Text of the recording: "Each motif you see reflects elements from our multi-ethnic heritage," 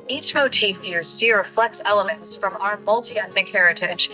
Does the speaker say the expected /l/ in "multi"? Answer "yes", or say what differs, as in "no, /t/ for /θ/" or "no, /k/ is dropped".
yes